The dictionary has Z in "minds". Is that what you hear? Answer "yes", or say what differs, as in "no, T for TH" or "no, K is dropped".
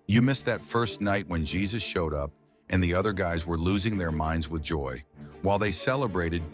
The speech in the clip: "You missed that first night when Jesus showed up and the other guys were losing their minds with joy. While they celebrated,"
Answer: yes